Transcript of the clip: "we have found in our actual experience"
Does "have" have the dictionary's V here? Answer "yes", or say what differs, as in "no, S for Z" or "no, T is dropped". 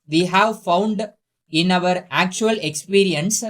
yes